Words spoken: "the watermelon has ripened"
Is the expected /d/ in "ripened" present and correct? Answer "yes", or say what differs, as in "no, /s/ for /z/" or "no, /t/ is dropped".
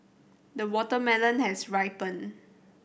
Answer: no, /d/ is dropped